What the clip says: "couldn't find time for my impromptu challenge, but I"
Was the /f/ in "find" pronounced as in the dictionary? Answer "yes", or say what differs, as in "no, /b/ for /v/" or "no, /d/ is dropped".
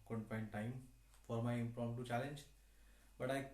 no, /p/ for /f/